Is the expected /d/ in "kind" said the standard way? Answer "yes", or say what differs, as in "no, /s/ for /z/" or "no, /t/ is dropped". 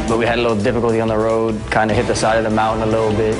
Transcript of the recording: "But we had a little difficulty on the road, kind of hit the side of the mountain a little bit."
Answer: yes